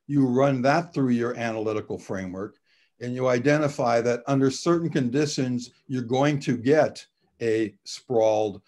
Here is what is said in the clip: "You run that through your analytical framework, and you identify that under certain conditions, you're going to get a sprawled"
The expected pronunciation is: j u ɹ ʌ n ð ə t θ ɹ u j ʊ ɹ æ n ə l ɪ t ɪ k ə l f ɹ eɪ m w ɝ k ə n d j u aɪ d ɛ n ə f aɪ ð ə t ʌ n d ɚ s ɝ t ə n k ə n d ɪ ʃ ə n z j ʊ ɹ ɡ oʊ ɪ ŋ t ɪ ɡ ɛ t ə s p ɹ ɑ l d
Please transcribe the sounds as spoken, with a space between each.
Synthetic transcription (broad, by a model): j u ɹ ʌ n ð ə t θ ɹ u j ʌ ɹ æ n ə l ɪ t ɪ k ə l f ɹ eɪ m w ɝ k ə n j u aɪ d ɛ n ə f aɪ ð ə t ʌ n d ɚ s ɝ t n k ə n d ɪ ʃ ə n z j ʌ ɹ ɡ oʊ ɪ ŋ t ɪ ɡ ɛ t ə s p ɹ ɑ l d